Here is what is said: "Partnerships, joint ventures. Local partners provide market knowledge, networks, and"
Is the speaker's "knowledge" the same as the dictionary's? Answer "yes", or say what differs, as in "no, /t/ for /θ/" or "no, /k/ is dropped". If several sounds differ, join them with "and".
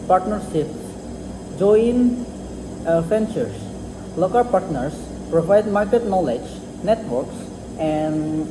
yes